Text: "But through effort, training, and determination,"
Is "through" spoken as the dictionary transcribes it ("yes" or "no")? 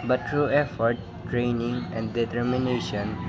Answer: no